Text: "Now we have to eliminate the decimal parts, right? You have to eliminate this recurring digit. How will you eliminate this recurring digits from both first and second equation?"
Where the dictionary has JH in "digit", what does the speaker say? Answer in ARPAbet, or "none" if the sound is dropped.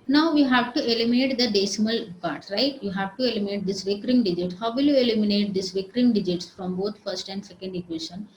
JH